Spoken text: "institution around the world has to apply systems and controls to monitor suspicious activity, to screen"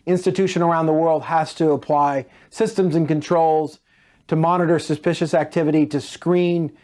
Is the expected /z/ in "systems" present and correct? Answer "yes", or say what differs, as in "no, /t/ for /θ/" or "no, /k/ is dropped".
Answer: yes